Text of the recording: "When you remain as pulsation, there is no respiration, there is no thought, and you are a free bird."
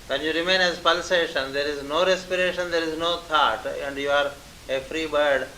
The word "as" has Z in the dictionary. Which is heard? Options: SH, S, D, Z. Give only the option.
Z